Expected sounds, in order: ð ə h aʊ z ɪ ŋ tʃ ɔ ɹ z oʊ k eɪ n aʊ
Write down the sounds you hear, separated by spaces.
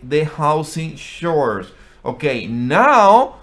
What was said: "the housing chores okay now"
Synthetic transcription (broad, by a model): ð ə h aʊ s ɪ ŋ ʃ ɔ ɹ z oʊ k eɪ n aʊ